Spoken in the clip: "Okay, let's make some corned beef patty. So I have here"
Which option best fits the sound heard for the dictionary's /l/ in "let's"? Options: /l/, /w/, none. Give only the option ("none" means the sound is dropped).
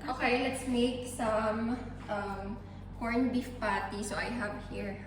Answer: /l/